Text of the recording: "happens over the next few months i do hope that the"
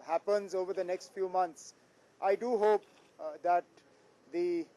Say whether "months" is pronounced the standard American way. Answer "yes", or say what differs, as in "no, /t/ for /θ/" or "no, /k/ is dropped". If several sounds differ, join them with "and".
no, /t/ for /θ/